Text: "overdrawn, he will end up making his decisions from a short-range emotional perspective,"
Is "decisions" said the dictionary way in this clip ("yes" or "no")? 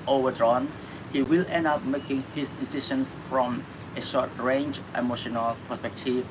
no